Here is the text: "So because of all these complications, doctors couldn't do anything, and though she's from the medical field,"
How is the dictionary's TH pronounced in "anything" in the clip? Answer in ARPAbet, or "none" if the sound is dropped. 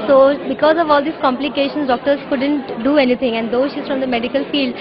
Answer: T